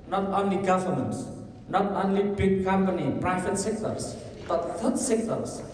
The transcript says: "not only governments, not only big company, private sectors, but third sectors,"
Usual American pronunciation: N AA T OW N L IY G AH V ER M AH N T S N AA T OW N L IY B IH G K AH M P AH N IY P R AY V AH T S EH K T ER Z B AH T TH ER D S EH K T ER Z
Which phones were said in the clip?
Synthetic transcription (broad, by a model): N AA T OW N L IY G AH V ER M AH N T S N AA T OW N L IY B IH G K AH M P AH N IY P R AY B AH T S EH K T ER S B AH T T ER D S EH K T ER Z